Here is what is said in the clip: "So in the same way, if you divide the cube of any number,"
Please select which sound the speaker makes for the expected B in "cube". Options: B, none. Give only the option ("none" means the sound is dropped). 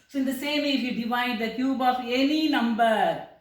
B